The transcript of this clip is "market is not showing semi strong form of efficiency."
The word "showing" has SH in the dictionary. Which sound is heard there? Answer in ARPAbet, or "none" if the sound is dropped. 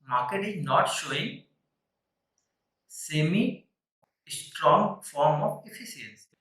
SH